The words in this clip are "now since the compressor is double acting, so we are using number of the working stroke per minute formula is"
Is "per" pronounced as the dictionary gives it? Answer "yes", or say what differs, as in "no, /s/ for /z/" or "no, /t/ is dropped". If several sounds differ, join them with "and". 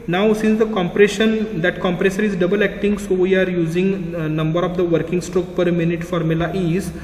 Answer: yes